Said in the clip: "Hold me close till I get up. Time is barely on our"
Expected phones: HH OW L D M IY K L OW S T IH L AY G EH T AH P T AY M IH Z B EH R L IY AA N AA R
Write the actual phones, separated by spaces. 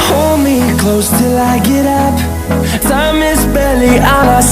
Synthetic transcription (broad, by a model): HH OW L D M IY K L OW S T IH L AY G EH T AH P S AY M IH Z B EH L IY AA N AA